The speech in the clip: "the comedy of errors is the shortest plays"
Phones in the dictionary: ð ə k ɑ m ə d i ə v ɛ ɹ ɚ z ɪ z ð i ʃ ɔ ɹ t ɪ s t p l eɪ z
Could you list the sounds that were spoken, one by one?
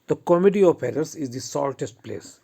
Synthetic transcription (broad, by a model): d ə k ɑ m ə d i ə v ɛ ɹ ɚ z ɪ z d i s ɔ l t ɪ s t p l eɪ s